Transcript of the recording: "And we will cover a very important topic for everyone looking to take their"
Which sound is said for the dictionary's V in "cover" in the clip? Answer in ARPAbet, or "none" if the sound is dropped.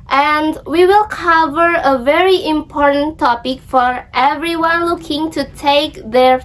V